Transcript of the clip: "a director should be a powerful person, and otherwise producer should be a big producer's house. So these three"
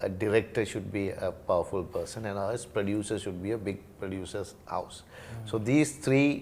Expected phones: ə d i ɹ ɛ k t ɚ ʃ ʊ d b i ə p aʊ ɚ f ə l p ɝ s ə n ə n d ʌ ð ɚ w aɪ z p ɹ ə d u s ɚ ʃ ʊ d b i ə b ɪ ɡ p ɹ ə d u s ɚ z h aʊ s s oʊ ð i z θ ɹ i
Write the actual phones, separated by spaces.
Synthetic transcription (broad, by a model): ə d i ɹ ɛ k t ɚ ʃ ʊ d b i ə p aʊ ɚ f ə l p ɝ s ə n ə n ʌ ɚ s p ɹ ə d u s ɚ ʃ ʊ d b i ə b ɪ ɡ p ɹ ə d u s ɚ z h aʊ s s oʊ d i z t ɹ i